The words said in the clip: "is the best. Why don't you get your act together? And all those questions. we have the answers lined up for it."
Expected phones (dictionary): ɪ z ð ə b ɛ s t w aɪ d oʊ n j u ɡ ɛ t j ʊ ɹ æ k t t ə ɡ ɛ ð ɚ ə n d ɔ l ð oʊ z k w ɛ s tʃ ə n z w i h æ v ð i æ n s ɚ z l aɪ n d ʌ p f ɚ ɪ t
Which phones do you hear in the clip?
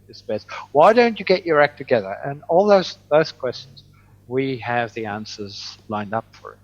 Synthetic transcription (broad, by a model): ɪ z b ɛ s t w aɪ d oʊ n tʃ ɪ ɡ ɛ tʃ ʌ ɹ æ k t t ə ɡ ɛ ð ɚ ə n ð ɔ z ð oʊ z k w ɛ s tʃ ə n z w i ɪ v ð i æ n s ɚ z l aɪ n d ʌ p f ɚ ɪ t